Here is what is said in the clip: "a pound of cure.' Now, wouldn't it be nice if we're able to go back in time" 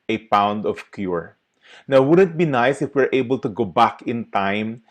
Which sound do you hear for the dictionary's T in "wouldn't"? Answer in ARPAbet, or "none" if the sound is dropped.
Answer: T